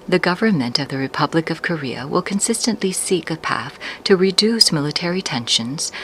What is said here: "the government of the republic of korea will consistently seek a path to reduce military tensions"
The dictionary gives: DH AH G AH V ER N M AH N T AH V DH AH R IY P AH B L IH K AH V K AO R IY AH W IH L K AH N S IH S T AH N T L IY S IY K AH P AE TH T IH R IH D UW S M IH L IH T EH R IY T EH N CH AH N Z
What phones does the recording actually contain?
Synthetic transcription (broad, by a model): DH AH G AH V ER N M AH N T AH V DH AH R IY P AH B L IH K AH V K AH R IY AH W IH L K AH N S IH S T AH N T L IY S IY K AH P AE TH T IH R IH D UW S M IH L IH T EH R IY T EH N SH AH N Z